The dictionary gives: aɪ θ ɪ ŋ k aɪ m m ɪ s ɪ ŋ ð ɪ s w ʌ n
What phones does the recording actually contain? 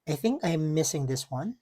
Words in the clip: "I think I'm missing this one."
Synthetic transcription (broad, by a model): aɪ θ ɪ ŋ k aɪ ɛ m ɪ s ɪ ŋ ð ɪ s w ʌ n